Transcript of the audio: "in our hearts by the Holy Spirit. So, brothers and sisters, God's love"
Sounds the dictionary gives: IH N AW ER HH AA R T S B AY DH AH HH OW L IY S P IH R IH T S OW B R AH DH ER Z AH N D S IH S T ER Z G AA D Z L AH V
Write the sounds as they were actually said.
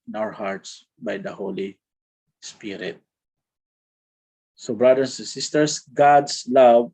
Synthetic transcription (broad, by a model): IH N AW ER HH AA R T S B AY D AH HH OW L IY S P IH R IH T S OW B R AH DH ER S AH N S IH S T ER S G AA D S L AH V